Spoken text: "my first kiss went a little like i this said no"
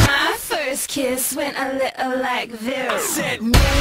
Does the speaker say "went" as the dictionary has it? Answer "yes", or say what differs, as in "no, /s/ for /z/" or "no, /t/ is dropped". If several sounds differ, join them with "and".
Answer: yes